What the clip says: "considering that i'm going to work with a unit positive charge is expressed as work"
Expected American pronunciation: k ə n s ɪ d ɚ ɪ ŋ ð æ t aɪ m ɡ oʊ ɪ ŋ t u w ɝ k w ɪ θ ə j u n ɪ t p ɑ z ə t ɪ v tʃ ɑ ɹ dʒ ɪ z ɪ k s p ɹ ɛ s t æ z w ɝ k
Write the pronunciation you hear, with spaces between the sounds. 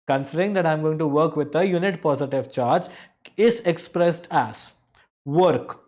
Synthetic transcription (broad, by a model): k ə n s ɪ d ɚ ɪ ŋ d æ t aɪ m ɡ oʊ ɪ ŋ t u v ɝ k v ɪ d ə j u n ɪ t p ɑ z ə t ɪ v tʃ ɑ ɹ dʒ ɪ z ɪ k s p ɹ ɛ s t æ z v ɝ k